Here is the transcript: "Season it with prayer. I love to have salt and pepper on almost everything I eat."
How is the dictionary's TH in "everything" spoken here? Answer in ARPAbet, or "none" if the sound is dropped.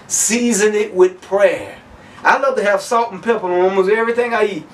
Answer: TH